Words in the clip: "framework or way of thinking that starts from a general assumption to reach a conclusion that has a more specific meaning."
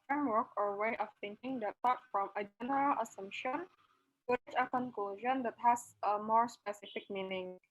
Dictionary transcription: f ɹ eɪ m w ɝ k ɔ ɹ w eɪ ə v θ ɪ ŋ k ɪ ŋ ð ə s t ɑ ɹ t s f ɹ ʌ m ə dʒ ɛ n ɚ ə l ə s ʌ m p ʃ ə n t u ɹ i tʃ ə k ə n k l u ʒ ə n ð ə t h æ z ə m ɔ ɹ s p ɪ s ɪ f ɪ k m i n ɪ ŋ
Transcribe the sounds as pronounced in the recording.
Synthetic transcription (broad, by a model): f ɹ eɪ m w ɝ k ɔ ɹ w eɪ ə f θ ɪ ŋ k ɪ ŋ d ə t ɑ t f ɹ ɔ m ə dʒ ɛ n ɚ ə l ə s ʌ m p ʃ ə n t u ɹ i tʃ ə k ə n k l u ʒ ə n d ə t h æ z ə m ɔ ɹ s p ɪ s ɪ f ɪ k m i n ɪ ŋ